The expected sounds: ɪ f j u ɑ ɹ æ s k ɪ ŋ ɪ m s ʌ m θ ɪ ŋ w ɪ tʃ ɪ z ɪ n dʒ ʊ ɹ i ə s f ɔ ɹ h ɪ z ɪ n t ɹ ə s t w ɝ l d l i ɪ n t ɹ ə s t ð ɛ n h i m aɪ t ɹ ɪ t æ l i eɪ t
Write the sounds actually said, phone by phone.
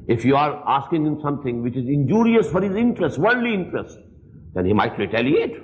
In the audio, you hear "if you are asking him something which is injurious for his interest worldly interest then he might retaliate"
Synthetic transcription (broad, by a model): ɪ f j u ɑ ɹ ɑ s k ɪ ŋ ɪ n s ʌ m t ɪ ŋ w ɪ tʃ ɪ z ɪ n dʒ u ɹ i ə s f ɔ ɹ h ɪ z ɪ n t ɹ ə s t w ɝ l d l i ɪ n t ɹ ə s t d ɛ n h i m aɪ t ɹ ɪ t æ l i eɪ t